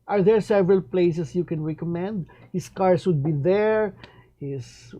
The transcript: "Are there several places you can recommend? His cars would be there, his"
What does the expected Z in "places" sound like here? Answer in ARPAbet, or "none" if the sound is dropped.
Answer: S